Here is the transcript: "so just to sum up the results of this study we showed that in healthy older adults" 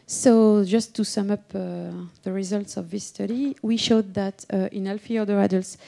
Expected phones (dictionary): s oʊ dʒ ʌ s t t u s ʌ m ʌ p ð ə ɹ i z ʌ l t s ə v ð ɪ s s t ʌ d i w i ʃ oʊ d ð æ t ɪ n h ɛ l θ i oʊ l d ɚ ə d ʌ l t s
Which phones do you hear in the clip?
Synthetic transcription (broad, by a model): s oʊ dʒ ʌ s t t u s ʌ m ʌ p ð ə ɹ i z ʌ l t s ə v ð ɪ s s t ʌ d i w i ʃ oʊ d ð æ t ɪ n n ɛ l f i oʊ d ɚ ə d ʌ l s